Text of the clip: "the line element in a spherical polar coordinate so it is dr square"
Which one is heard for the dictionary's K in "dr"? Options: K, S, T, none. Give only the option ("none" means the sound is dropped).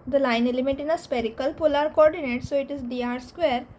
none